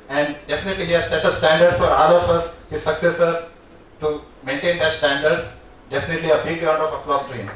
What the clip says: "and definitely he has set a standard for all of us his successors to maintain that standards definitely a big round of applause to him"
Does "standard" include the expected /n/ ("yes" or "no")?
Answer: yes